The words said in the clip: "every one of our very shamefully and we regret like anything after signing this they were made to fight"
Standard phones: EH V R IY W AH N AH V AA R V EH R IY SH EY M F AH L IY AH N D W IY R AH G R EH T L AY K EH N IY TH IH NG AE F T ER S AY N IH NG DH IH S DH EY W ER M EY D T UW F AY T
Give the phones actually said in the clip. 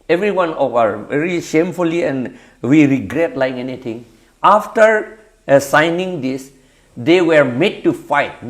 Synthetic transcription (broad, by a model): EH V R IY W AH N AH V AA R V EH R IY SH EY M F AH L IY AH N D W IY R AH G R EH T L AY K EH N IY T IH NG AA F T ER S AY N IH NG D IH S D EY W ER M EY D T UW F AY T